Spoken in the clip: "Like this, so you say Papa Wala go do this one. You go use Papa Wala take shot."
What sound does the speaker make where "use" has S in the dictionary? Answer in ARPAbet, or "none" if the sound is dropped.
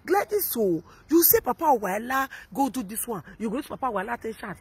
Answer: none